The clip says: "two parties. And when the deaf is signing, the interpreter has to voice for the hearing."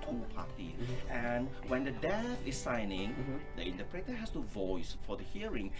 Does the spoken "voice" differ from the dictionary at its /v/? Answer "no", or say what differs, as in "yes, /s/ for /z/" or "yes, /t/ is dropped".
no